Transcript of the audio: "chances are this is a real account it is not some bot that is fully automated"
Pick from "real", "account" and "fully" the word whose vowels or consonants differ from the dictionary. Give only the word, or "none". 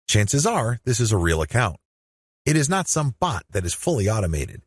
none